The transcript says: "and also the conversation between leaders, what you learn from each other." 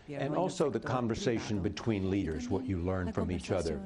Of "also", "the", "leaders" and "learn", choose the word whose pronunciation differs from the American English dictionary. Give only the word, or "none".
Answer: none